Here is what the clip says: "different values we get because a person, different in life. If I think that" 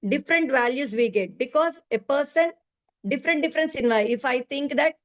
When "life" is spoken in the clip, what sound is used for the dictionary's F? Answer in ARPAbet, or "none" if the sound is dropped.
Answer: none